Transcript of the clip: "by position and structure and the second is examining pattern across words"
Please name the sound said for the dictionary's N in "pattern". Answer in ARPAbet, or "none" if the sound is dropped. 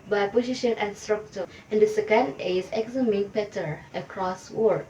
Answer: none